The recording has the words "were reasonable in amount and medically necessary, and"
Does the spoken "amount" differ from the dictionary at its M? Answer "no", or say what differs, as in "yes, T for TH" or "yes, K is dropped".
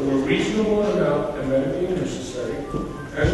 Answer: yes, M is dropped